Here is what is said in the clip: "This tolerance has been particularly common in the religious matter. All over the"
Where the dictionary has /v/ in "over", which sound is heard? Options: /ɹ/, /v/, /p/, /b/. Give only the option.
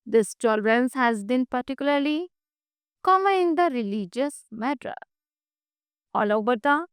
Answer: /b/